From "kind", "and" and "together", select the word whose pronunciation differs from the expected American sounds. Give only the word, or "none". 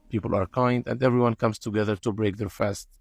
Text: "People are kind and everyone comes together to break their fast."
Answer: none